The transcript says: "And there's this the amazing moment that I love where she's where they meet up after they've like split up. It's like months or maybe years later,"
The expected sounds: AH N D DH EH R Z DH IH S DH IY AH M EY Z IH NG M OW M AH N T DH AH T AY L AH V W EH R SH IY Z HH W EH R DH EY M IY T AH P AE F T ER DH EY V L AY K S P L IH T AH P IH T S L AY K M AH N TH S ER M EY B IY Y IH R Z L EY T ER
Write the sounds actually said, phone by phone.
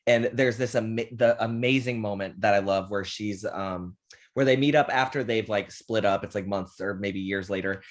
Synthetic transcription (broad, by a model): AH N DH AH R Z DH IH S DH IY AH M EY Z IH NG M OW M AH N DH AH T AY L AH V W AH R SH IY Z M W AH R DH EY M IY T AH P AE F T ER DH EY V L AY K S P L IH T AH P IH T S L AY K M AH N TH S ER M EY B IY Y IH R Z L EY T ER